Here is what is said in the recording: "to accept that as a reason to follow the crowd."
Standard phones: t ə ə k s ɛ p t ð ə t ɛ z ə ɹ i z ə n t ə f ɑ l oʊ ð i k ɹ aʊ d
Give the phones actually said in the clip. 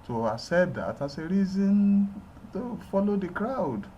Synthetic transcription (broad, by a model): t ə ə s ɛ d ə t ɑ s ə ɹ i z ə n t ə f ɑ l oʊ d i k ɹ aʊ d